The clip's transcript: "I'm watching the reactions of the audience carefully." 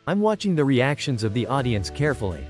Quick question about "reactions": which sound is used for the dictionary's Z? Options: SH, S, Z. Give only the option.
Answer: Z